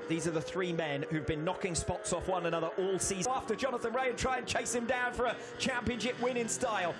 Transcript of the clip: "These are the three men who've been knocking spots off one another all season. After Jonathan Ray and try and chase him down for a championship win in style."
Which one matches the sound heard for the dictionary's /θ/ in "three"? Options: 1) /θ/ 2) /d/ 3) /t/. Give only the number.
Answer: 1